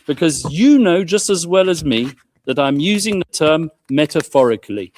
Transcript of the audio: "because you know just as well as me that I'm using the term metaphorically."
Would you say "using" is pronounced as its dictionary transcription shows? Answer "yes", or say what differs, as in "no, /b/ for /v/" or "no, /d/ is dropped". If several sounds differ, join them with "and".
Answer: yes